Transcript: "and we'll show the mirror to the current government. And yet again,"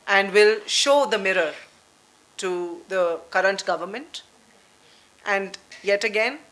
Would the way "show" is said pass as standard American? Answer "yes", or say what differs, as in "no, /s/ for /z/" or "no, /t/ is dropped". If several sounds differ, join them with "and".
yes